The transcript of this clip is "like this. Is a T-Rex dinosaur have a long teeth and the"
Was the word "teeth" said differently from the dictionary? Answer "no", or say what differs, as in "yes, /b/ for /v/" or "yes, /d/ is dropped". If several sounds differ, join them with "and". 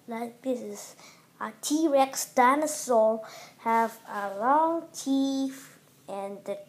yes, /f/ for /θ/